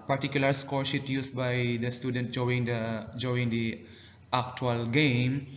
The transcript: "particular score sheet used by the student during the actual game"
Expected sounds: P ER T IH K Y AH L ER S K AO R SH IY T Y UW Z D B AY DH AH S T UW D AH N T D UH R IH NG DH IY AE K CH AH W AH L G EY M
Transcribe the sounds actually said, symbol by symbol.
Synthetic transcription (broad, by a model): P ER T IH K Y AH L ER S K AO R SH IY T Y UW S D B AY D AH S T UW D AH N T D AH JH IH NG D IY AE K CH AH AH L G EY M